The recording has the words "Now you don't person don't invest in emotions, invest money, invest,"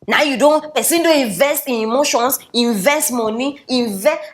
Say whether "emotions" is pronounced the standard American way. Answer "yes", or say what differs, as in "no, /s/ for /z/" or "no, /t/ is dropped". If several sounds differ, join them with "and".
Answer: no, /s/ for /z/